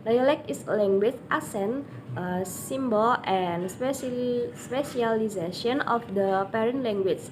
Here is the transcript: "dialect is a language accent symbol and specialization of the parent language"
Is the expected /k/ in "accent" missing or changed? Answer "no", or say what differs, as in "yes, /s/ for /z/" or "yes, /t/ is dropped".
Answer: yes, /k/ is dropped